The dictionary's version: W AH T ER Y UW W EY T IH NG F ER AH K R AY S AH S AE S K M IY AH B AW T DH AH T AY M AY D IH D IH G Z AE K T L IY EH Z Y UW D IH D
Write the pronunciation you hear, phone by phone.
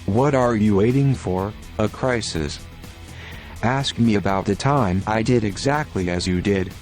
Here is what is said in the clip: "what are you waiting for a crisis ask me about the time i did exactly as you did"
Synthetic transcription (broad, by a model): W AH T ER Y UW W EY T IH NG F ER AH K R AY S AH S AE S K M IY AH B AW T DH AH T AY M AY D IH D IH G Z AE K T L IY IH Z Y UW D IH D